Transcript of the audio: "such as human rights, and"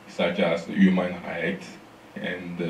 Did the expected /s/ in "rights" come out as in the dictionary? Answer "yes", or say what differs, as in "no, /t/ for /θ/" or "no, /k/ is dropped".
no, /s/ is dropped